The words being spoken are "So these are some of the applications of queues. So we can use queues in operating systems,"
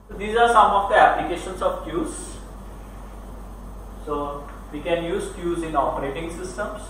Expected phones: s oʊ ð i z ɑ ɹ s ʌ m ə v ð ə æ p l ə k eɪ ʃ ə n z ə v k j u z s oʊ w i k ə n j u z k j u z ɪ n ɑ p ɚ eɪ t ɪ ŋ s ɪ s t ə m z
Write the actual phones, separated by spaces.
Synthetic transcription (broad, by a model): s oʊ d i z ɑ ɹ s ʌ m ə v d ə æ p l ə k eɪ ʃ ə n s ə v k j u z s oʊ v i k ə n j u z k j u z ɪ n ɑ p ɚ eɪ t ɪ ŋ s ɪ s t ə m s